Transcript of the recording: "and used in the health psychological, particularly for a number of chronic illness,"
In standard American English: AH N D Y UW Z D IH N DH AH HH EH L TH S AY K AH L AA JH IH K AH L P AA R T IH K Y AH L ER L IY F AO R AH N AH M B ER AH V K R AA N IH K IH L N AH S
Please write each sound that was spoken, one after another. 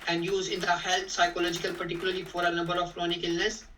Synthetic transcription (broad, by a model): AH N D Y UW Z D IH N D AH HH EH L T S AY K AH L AA JH IH K AH L P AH R T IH K Y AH L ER L IY F AO R AH N AH M B ER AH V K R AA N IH K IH L N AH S